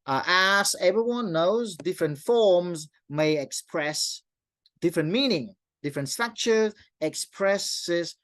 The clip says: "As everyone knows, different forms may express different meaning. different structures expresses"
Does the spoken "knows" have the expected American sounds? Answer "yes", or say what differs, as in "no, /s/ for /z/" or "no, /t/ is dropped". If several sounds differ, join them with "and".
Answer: yes